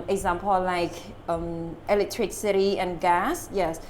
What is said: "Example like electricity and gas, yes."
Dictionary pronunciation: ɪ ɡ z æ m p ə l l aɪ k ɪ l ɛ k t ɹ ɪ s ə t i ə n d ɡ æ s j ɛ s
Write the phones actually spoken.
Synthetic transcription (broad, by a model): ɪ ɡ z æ m p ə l l aɪ k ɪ l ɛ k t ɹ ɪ s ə t i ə n ɡ æ s j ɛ s